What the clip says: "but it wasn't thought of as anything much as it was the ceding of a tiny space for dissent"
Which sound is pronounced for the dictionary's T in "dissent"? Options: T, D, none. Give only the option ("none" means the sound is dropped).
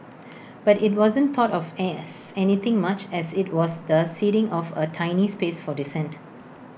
T